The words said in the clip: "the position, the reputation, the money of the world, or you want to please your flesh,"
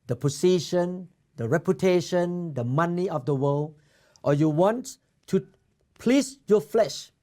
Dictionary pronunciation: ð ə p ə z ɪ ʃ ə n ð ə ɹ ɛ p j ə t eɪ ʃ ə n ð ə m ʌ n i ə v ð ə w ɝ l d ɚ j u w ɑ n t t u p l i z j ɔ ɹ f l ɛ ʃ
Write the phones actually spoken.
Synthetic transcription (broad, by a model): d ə p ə s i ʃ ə n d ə ɹ ɛ p j ə t eɪ ʃ ə n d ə m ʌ n i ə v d ə w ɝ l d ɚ j u w ɑ n t t u p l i s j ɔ f l ɛ ʃ